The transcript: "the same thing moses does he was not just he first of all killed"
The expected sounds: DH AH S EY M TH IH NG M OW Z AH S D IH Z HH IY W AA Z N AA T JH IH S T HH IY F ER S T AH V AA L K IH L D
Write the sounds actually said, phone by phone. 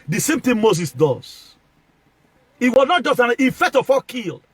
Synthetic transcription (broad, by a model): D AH S EY M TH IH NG M OW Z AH S D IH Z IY W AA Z N AA T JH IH S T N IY F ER T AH F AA K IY L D